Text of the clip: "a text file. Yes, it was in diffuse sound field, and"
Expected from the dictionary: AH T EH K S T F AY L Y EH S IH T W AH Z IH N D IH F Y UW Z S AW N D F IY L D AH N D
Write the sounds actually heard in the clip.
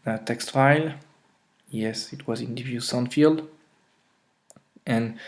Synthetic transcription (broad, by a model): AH T EH K S T F AY L Y EH S IH T W AH Z IH N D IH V Y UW S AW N F IY L D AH N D